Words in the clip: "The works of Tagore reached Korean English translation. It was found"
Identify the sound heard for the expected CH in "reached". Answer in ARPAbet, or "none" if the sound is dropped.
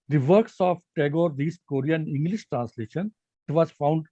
S